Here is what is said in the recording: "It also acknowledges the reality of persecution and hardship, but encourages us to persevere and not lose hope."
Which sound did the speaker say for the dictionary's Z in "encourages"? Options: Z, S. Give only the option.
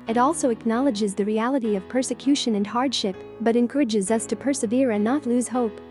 Z